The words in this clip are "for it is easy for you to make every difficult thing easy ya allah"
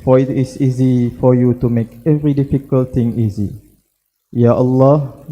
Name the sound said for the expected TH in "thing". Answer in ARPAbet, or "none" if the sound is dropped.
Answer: T